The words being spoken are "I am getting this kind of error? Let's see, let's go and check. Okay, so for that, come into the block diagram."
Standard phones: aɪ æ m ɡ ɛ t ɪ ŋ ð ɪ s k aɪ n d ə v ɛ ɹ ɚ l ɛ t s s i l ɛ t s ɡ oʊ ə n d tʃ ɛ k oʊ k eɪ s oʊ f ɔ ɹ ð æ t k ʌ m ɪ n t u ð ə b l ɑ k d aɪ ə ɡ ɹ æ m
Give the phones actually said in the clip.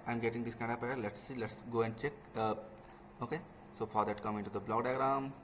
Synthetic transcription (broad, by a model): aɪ m ɡ ɛ t ɪ ŋ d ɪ s k aɪ n d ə p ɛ ɚ l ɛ t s s i l ɛ t s ɡ oʊ ə n d tʃ ɛ k oʊ k eɪ s oʊ f ɔ ɹ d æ t k ʌ m ɪ n t u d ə b l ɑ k d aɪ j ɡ ɹ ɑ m